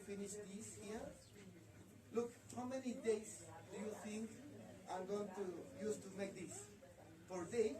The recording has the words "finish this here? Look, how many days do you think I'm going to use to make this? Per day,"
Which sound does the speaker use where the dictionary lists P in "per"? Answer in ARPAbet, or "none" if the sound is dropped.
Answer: F